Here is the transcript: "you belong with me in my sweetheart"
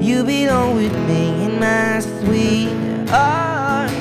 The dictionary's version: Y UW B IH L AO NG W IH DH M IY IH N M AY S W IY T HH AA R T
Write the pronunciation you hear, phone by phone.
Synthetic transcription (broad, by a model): Y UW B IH N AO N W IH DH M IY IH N M AY S W IY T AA